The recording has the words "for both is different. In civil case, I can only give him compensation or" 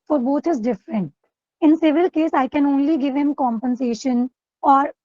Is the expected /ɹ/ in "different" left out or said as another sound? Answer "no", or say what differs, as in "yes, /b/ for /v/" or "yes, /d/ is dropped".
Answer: no